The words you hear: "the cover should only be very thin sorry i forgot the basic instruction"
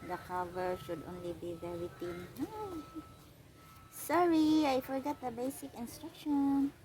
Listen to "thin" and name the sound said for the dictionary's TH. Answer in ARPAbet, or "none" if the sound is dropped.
T